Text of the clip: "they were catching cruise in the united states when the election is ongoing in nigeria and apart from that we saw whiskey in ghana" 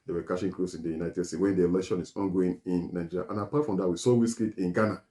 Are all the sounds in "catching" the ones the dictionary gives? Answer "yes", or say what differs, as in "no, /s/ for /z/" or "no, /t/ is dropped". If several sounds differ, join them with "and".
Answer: no, /ʃ/ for /tʃ/